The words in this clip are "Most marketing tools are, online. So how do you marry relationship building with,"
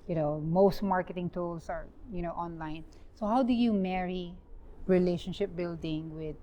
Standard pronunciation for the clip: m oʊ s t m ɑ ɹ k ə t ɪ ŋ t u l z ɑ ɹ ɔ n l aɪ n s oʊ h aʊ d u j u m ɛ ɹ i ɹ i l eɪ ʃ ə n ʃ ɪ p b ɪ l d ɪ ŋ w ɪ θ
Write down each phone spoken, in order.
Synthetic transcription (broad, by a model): m oʊ s t m ɑ ɹ k ə t ɪ ŋ t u l s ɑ ɹ ɔ n l aɪ n s oʊ h aʊ d u j u m ɛ ɹ i ɹ i l eɪ ʃ ə n ʃ ɪ p b ɪ l d ɪ ŋ w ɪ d